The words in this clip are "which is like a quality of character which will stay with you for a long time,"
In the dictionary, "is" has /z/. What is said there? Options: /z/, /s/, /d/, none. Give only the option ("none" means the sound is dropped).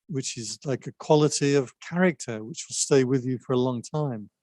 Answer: /z/